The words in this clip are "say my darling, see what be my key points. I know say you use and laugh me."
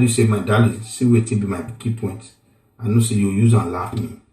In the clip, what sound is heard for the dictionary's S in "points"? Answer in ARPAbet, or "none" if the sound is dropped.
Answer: none